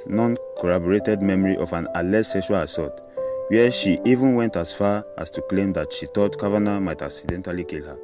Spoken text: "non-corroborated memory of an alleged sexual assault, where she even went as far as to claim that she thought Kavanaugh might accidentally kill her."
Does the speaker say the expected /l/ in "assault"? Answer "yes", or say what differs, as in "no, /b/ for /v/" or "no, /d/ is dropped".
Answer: no, /l/ is dropped